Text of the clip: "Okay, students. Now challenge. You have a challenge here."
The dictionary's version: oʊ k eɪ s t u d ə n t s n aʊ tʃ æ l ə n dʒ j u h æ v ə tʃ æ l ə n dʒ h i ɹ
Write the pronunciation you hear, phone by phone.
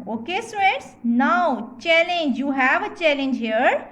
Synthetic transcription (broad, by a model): oʊ k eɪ s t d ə t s n aʊ tʃ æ l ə n dʒ j u h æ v ə tʃ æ l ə n dʒ h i ɹ